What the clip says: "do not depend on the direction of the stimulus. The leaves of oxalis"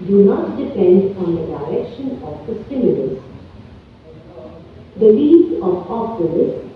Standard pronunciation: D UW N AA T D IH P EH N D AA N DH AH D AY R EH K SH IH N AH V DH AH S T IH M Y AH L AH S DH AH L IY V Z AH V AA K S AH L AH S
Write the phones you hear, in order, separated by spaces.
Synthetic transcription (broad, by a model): D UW N AA T D IH P EH N D AA N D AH D AY R EH K SH IH N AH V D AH S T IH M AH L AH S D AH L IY Z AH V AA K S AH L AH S